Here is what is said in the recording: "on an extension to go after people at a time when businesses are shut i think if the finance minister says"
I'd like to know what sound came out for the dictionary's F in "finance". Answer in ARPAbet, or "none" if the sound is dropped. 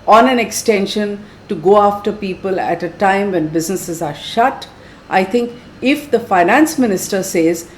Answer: F